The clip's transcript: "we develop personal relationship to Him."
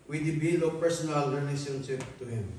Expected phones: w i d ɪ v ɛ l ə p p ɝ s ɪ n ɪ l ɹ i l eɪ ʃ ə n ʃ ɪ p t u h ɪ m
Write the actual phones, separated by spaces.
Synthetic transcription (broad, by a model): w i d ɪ b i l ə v p ɝ s ɪ n ɪ l ɹ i l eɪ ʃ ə n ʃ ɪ p t u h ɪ m